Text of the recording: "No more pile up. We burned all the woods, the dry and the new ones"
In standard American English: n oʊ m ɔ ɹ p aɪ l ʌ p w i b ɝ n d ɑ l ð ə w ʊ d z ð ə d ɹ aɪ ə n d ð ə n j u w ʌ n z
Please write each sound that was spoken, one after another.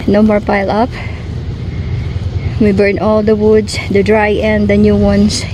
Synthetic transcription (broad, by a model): n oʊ m ɔ ɹ p aɪ l ʌ p w i b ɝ n ɑ l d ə w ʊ d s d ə d ɹ aɪ ə n d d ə n j u w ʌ n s